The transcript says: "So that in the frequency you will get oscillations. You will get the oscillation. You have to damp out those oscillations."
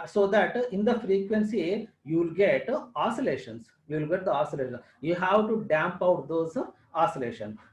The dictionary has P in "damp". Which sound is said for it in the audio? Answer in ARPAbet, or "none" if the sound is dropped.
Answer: P